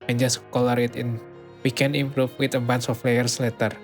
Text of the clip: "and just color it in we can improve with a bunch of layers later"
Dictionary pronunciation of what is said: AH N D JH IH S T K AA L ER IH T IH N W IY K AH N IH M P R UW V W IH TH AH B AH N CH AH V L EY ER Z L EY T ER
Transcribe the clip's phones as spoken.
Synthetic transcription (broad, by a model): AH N JH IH S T K AA L ER IH T IH N W IY K AH N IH M P R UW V W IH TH AH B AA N S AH F L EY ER S L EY T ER